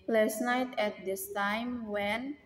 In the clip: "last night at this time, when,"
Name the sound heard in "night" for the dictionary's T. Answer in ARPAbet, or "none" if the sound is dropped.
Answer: T